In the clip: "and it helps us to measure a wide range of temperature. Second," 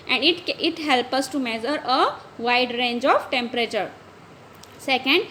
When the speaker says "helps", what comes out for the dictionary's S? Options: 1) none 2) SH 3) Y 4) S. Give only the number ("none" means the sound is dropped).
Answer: 1